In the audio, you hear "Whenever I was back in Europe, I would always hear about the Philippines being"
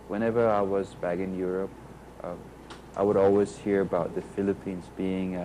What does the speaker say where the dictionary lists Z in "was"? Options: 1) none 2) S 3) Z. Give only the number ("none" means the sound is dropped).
3